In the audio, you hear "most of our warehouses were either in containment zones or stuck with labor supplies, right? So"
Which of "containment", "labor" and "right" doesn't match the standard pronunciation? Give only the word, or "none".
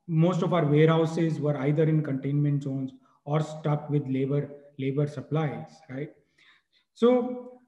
none